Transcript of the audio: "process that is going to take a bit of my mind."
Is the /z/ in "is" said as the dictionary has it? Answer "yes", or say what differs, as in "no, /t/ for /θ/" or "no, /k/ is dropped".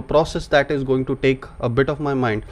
yes